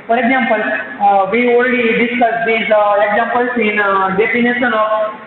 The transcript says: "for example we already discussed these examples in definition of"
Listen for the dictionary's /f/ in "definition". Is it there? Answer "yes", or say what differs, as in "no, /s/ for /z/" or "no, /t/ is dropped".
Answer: no, /p/ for /f/